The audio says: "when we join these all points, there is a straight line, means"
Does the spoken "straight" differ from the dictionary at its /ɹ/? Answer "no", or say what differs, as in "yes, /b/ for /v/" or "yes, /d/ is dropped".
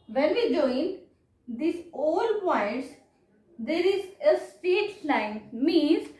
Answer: yes, /ɹ/ is dropped